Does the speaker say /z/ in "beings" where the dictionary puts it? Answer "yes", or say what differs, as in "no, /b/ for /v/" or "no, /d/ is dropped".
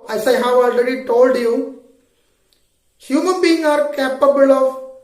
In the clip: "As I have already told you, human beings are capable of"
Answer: no, /z/ is dropped